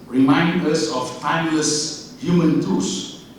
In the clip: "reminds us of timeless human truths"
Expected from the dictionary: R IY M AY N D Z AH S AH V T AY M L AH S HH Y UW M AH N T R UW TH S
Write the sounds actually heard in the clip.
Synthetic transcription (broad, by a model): R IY M AY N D AH S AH F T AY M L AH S HH Y UW M AH N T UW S